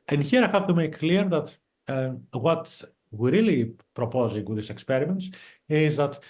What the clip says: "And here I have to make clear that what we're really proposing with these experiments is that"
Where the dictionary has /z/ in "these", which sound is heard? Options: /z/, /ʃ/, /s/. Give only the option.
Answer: /s/